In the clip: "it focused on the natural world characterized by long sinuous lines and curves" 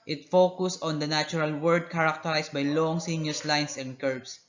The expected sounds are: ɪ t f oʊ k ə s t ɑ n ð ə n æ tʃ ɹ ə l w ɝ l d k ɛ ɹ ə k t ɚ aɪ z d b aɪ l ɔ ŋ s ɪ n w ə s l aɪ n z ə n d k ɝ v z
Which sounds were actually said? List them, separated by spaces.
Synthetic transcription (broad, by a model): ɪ t f oʊ k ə s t ɑ n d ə n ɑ tʃ ɹ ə l w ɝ d k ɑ ɹ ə k t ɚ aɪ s b aɪ l ɔ ŋ s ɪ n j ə s l aɪ n s ə n d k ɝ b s